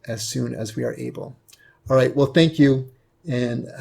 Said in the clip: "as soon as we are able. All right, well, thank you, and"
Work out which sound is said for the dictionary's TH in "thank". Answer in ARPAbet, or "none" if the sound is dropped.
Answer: TH